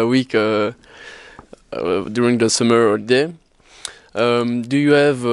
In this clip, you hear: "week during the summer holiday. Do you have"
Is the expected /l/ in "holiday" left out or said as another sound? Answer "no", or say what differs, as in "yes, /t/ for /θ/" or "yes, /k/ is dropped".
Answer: yes, /l/ is dropped